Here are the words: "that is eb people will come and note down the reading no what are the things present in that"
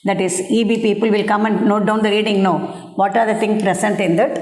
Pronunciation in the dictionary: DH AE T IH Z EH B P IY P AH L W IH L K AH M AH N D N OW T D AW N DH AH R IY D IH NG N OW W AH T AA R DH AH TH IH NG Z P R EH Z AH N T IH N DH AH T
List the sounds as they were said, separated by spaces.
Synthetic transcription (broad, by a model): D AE T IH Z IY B P IY P AH L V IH L K AH M AH N D N OW T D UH N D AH R IY D IH NG N OW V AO T AA R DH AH T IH NG P R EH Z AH N T IH N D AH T